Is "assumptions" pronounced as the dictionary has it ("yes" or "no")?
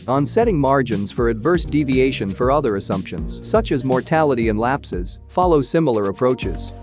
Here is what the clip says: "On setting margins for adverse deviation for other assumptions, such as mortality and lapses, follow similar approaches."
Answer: yes